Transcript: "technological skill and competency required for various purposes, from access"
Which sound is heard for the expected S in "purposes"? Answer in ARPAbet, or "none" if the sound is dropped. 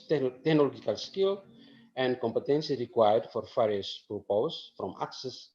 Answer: none